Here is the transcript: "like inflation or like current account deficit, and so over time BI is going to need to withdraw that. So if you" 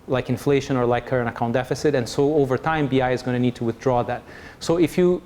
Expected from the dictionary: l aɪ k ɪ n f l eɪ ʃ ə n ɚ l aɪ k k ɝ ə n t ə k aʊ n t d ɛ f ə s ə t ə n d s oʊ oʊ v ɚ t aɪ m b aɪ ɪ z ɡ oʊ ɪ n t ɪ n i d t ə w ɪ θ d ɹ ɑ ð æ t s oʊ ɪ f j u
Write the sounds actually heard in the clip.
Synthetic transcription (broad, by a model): l aɪ k ɪ n f l eɪ ʃ ə n ɚ l aɪ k k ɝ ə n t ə k aʊ n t d ɛ f ə s ə t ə n s oʊ oʊ v ɚ t aɪ m b aɪ ɪ z ɡ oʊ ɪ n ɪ n i d t ə w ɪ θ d ɹ ɑ ð æ t s oʊ ɪ f j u